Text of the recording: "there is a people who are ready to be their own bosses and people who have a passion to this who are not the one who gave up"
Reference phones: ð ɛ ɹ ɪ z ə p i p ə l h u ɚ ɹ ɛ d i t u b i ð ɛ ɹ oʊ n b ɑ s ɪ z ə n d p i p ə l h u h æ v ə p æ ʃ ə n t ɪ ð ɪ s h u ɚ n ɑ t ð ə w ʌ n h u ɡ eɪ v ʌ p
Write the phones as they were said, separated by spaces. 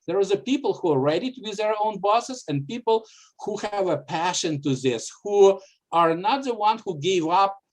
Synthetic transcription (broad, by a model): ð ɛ ɹ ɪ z ə p i p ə l h u ɚ ɹ ɛ d i t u b i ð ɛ ɹ oʊ n b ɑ s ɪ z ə n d p i p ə l h u h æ v ə p æ ʃ ə n t ɪ ð ɪ s h u ɚ n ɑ t ð ə w ʌ n h u ɡ eɪ v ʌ p